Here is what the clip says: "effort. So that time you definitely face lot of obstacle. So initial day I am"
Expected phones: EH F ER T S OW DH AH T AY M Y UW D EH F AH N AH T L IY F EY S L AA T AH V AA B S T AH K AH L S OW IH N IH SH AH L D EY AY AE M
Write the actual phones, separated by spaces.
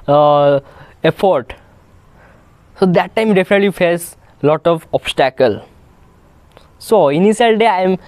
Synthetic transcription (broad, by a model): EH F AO T S OW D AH T AY M D EH F AH N AH T L IY F EY S L AA T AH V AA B S T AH K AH L S OW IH N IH S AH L D EY AY M